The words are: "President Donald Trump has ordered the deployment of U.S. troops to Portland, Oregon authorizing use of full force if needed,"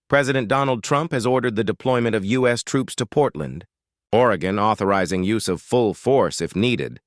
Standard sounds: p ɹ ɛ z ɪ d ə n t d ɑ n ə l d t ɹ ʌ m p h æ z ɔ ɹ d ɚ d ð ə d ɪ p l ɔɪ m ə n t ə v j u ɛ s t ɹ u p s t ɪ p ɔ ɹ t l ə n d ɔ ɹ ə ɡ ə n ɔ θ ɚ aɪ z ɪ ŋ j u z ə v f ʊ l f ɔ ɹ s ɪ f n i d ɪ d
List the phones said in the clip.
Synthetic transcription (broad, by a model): p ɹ ɛ z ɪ d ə n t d ɑ n l d t ɹ ʌ m p h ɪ z ɔ ɹ d ɚ d ð ə d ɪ p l ɔɪ m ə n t ə v j u ɛ s t ɹ u p s t ɪ p ɔ ɹ t l ə n d ɔ ɹ ə ɡ ə n ɔ θ ɚ aɪ z ɪ ŋ j u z ə v f ʊ l f ɔ ɹ s ɪ f n i d ɪ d